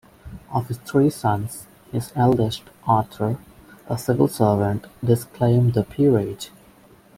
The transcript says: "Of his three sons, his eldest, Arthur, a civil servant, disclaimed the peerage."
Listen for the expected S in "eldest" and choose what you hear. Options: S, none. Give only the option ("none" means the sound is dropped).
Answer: S